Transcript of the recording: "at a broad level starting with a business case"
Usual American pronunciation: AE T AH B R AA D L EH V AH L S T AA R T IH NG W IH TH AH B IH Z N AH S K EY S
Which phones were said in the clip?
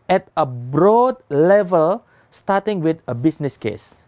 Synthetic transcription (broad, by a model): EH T AH B R AA D L EH V AH L S T AA T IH NG W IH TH AH B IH S N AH S K EY S